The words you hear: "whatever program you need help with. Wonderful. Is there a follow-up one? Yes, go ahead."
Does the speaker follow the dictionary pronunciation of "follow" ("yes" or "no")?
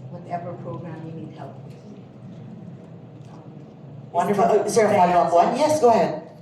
no